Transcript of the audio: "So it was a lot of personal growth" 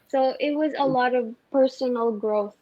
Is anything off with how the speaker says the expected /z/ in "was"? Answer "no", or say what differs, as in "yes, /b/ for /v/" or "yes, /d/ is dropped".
no